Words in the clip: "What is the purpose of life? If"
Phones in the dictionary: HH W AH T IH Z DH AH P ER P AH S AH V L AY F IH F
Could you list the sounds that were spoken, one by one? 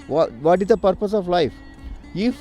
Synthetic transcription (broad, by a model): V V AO T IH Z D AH P ER P AH S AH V L AY F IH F